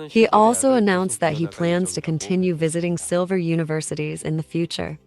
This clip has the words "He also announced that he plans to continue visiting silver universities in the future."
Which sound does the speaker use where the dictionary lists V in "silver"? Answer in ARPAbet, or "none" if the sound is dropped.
V